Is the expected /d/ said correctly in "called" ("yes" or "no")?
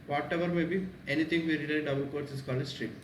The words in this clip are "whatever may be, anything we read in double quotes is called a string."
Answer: no